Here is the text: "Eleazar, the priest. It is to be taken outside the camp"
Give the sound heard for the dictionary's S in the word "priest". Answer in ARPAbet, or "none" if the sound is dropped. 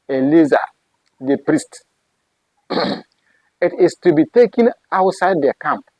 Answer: S